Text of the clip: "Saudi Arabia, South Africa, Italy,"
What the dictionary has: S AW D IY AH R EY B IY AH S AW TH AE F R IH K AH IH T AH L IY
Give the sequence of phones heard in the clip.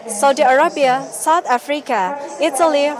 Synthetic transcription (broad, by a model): S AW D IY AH R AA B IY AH S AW T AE F R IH K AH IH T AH L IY